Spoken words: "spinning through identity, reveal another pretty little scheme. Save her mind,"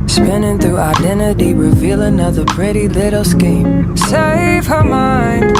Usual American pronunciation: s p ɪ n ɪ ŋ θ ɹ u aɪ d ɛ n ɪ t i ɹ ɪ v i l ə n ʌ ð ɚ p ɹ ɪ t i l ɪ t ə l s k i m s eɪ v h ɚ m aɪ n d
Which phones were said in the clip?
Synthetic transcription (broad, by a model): s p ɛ n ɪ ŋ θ u aɪ d ɛ n ɪ t i ɹ ɪ v i l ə n ʌ ð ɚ p ɹ ɪ t i l ɪ t l s k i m s eɪ v h ɚ m aɪ n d